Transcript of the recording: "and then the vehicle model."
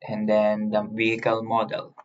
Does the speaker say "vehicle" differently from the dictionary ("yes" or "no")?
no